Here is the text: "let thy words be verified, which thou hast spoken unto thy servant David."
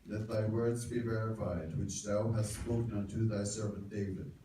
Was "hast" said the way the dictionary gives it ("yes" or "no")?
yes